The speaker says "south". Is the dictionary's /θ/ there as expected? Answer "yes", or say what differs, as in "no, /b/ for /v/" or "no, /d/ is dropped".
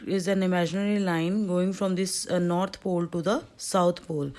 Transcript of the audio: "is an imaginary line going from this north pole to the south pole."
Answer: no, /t/ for /θ/